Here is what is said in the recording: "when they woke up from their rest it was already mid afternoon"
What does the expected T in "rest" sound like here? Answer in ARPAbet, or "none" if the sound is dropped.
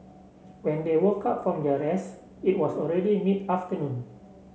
none